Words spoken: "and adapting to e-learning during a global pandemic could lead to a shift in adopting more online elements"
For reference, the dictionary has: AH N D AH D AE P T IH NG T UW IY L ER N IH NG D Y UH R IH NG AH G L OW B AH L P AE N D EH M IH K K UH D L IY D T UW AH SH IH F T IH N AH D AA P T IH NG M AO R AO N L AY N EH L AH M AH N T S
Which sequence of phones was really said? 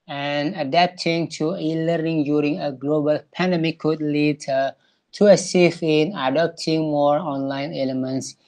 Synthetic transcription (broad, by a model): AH N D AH D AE P T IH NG T UW IY L ER N IH NG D Y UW R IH NG AH G L OW B AH L P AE N D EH M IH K K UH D L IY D T UW AH S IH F IH N AH D AA P T IH NG M AO R AO N L AY N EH L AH M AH N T S